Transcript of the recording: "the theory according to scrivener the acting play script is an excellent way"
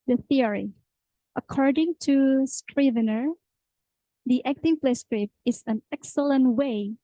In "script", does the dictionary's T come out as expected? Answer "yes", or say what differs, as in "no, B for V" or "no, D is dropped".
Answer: no, T is dropped